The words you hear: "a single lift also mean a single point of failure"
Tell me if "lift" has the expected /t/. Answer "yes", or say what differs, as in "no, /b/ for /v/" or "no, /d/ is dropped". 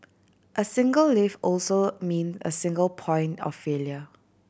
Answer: no, /t/ is dropped